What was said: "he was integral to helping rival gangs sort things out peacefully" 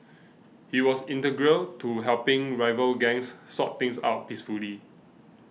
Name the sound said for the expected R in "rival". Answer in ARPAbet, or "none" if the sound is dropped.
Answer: R